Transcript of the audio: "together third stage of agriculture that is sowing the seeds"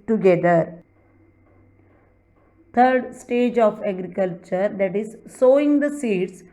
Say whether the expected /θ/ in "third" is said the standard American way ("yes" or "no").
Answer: no